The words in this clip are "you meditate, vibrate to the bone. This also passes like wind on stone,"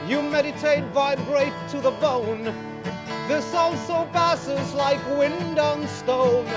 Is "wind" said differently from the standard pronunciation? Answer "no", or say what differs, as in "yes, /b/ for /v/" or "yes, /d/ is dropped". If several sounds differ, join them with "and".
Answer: no